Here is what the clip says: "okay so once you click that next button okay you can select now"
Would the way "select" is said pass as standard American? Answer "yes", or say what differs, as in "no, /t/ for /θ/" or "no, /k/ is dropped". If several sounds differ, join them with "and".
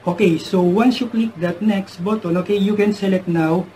no, /k/ is dropped